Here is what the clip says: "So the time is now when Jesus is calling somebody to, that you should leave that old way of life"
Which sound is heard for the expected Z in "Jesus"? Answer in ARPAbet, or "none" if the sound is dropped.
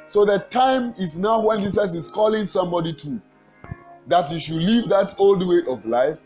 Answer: S